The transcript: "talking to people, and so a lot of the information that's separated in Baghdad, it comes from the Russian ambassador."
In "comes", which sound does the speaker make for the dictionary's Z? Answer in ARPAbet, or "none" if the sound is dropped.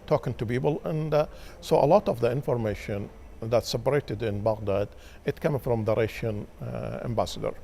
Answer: none